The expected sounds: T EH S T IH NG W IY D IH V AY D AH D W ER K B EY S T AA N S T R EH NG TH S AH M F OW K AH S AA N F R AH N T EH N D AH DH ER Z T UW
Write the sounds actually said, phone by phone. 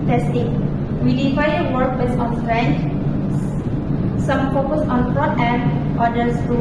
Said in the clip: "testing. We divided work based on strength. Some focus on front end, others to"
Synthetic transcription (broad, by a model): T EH S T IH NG W IY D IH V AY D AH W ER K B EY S AA N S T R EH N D S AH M F OW K AH S AA N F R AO T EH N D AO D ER S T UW